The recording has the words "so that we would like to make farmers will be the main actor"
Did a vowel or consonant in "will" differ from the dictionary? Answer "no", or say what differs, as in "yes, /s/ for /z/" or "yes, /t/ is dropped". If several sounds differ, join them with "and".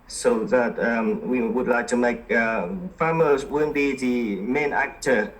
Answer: yes, /n/ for /l/